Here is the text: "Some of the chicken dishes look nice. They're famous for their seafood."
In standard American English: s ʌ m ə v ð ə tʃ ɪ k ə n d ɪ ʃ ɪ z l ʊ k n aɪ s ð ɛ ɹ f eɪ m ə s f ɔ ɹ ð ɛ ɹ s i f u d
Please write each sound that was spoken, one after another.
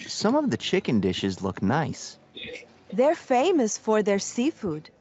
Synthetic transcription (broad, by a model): s ʌ m ə v ð ə tʃ ɪ k ə n d ɪ ʃ ɪ z l ʊ k n aɪ s ð ɛ ɹ f eɪ m ə s f ɔ ɹ ð ɛ ɹ s i f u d